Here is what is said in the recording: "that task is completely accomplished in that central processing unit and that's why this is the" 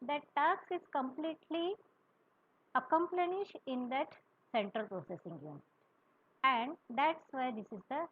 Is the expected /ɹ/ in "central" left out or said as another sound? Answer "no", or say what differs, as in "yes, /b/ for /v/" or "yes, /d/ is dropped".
no